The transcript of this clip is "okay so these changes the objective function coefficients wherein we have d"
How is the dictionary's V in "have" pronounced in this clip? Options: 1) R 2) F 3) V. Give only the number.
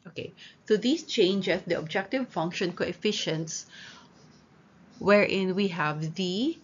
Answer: 3